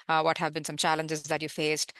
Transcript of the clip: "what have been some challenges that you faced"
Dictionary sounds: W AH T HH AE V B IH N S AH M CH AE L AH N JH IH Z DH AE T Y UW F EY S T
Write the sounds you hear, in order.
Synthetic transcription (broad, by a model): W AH T HH AE V B IH N S AH M CH AE L AH N JH IH Z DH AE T Y UW F EY S T